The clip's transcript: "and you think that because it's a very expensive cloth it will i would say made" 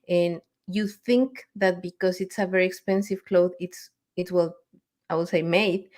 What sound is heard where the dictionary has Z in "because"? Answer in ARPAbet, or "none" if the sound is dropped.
S